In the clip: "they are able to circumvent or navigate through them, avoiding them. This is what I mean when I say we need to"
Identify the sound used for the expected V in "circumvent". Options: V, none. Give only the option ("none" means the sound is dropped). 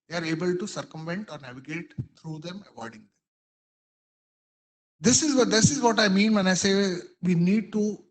V